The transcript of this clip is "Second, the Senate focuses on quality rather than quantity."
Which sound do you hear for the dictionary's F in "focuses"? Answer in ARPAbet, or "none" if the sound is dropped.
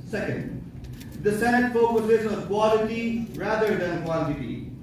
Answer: F